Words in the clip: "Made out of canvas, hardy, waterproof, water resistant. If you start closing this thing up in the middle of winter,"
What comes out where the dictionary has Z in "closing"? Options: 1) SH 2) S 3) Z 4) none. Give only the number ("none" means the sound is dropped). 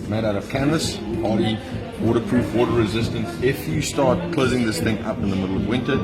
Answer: 3